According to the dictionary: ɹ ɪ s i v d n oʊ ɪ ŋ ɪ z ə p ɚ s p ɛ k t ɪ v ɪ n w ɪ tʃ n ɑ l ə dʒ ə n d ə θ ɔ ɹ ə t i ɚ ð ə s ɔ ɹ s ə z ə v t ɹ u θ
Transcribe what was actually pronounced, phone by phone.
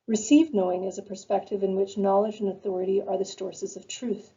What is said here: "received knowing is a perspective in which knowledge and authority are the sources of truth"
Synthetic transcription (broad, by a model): ɹ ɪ s i v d n oʊ ɪ ŋ ɪ z ə p ɚ s p ɛ k t ɪ v ɪ n w ɪ tʃ n ɑ l ə dʒ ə n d ə θ ɔ ɹ ə t i ɚ ð ə s ɔ ɹ s ə z ə v t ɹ u θ